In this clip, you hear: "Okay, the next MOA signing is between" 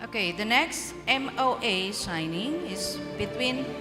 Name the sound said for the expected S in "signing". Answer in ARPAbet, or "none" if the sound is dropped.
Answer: SH